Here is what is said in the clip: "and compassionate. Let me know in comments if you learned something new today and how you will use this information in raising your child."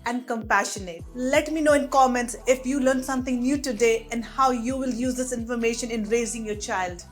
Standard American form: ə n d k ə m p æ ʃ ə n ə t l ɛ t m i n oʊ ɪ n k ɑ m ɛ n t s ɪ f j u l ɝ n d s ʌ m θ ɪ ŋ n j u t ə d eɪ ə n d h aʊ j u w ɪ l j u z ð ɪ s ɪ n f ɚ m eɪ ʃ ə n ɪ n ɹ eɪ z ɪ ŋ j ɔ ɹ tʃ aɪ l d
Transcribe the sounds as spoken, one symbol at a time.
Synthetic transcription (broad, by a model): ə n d k ə m p æ ʃ ə n ə t l ɛ t m i n oʊ ɪ n k ɑ m ɛ n t s ɪ f j u l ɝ n s ʌ m t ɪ ŋ n j u t ə d eɪ ə n d h aʊ j u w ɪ l j u z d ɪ s ɪ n f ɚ m eɪ ʃ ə n ɪ n ɹ eɪ z ɪ ŋ j ɔ ɹ tʃ aɪ l d